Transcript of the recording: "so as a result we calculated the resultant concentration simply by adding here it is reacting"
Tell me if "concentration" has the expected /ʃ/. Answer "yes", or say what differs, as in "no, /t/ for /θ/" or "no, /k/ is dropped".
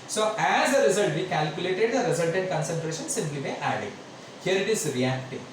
yes